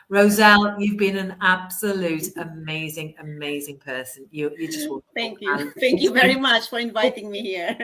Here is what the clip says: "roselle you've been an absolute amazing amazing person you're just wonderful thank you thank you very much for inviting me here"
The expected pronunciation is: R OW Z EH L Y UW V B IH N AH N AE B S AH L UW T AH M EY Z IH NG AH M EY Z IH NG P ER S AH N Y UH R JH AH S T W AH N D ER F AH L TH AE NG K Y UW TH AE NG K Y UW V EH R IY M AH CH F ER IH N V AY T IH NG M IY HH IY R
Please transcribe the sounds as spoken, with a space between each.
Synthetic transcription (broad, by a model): R OW Z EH L Y UW V B IH N AH N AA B S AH L UW T AH M EY Z IH NG AH M EY Z IH NG P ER S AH N Y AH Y JH AH S T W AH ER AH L TH AE NG K Y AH TH AE NG K Y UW V EH R IY M AH CH F ER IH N V AY T IH NG M IY HH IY R